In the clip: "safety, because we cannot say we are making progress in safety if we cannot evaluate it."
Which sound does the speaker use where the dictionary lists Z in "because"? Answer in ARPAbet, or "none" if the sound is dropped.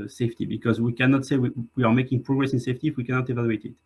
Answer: Z